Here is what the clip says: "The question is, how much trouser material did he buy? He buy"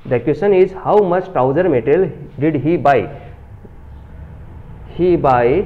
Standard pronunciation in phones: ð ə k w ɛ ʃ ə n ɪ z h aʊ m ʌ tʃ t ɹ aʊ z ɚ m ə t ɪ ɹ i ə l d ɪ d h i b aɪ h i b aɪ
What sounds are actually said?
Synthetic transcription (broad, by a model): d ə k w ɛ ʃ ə n ɪ z h aʊ m ʌ tʃ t aʊ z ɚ m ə t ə l d ɪ d h i b aɪ h i b aɪ